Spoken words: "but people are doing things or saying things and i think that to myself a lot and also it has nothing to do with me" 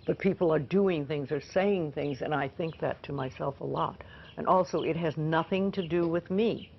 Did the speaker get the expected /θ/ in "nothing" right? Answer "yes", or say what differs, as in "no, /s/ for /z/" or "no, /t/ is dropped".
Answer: yes